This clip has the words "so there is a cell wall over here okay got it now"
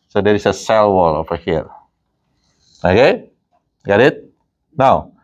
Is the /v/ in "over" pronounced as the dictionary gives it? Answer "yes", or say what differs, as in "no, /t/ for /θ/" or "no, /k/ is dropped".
no, /f/ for /v/